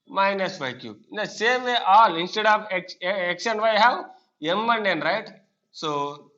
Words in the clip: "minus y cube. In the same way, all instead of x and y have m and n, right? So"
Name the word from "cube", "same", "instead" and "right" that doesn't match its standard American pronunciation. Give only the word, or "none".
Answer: cube